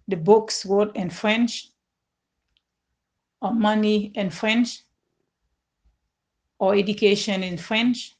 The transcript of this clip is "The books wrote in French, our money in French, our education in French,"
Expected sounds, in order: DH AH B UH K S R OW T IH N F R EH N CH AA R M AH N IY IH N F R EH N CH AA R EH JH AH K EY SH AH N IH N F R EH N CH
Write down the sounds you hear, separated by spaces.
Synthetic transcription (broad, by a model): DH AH B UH K S W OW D IH N F R EH N CH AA M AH N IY IH N F R EH N CH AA EH JH AH K EY SH AH N IH N F R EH N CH